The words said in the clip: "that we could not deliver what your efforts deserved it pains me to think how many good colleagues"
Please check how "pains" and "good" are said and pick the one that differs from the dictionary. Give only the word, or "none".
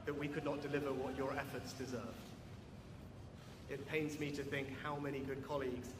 none